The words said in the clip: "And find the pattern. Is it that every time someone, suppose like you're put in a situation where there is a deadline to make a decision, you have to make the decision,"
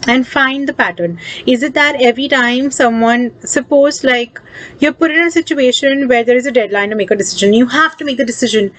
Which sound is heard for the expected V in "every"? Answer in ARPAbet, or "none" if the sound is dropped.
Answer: V